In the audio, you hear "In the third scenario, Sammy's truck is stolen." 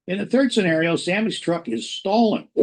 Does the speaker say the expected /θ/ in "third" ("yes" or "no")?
yes